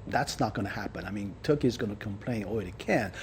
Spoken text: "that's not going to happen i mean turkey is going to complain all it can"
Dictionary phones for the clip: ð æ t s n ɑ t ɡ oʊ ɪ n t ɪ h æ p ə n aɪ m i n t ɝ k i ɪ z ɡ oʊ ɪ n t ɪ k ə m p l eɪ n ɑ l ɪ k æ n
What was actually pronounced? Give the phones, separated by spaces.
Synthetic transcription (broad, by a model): ð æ t s n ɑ t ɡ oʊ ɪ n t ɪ h æ p ə n aɪ m i n t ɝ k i ɪ z ɡ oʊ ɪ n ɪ k ə m p l eɪ n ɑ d ɪ k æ n